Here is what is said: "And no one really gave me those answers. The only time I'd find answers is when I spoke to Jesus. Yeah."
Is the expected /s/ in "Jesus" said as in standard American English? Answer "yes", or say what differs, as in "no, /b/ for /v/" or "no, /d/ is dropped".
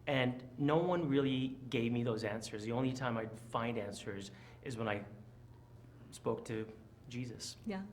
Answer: yes